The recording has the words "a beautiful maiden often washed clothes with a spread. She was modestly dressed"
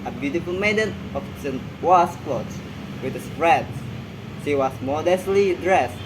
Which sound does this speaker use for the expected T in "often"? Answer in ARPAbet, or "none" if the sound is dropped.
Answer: S